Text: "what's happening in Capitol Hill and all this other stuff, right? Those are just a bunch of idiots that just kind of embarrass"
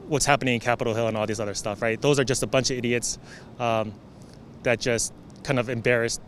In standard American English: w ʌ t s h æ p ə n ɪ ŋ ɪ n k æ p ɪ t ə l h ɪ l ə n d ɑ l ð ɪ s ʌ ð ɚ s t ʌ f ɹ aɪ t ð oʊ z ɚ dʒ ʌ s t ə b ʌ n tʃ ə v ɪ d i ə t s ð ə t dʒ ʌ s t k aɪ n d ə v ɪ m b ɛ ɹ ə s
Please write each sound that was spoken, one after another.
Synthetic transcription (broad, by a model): w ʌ t s h æ p ə n ɪ ŋ ɪ n k æ p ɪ t l h ɪ l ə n ɑ l ð ɪ s ʌ ð ɚ s t ʌ f ɹ aɪ t ð oʊ z ɚ dʒ ʌ s t ə b ʌ n tʃ ə v ɪ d i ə t s ð ə t dʒ ʌ s t k aɪ n d ə v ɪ m b ɛ ɹ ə s